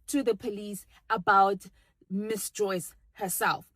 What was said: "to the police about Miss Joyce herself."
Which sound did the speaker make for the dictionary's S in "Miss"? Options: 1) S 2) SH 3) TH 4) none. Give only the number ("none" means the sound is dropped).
1